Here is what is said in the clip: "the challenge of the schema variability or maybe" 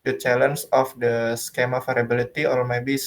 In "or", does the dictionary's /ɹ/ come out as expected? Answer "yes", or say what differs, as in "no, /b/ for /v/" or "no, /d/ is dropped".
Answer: no, /l/ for /ɹ/